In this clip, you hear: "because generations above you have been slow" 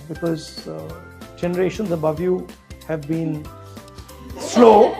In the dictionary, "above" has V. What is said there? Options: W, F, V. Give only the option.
V